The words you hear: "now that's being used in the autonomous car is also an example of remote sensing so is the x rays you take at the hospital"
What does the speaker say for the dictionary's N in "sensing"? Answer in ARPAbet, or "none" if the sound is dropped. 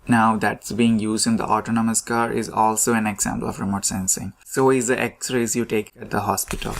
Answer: N